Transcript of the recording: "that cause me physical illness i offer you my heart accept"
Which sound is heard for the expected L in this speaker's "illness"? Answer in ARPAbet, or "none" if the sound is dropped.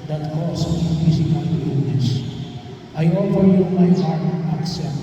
none